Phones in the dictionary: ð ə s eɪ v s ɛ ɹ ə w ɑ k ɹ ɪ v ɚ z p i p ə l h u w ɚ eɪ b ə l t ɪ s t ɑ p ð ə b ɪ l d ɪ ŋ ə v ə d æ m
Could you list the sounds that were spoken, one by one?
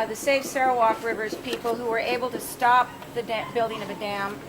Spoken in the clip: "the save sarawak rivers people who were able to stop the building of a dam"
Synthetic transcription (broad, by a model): ð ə s eɪ f s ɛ ɹ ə w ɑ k ɹ ɪ v ɚ z p i p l h u w ɚ eɪ b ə l t ɪ s t ɑ p ð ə b ɪ l d ɪ ŋ ə v ə d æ m